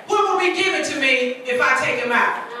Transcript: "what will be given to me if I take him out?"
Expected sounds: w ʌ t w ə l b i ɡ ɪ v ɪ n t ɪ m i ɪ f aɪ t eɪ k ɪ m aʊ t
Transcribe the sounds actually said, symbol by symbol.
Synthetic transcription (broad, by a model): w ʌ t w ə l b i ɡ ɪ v ɪ n t ɪ m i ɪ f aɪ t eɪ k ɪ m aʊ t